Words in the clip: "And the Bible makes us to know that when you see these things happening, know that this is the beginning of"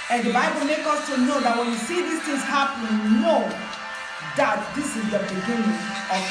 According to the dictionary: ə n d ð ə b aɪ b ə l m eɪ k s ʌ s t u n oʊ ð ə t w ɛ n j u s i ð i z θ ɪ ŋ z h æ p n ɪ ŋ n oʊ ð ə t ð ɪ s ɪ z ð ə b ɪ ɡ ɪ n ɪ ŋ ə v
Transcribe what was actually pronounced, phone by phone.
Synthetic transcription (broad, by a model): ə n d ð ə b aɪ b ə l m eɪ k ʌ s t u n oʊ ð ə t w ɛ n j u s i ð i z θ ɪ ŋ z h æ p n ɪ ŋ n oʊ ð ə t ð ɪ s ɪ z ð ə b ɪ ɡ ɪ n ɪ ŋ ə